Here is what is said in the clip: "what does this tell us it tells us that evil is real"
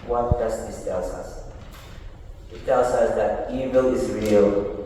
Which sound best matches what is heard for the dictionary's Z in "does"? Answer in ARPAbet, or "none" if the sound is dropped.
S